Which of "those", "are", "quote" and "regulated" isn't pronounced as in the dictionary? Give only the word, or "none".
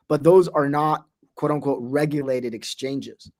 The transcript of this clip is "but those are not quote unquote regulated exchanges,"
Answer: none